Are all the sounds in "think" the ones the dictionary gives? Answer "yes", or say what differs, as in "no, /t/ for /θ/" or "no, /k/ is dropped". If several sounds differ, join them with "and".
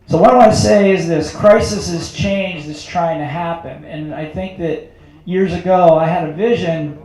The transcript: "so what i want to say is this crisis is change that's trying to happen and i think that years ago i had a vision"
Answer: yes